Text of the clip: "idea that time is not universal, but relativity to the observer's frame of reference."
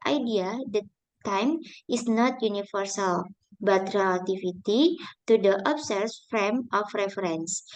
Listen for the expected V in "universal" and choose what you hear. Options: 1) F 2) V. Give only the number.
1